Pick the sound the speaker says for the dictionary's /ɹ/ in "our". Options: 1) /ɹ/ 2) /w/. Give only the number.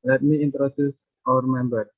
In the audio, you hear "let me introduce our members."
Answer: 1